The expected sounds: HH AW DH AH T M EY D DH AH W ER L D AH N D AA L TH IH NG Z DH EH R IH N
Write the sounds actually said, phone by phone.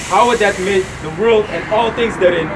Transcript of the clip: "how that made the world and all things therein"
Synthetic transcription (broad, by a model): HH AW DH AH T M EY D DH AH W ER L D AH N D AA L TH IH NG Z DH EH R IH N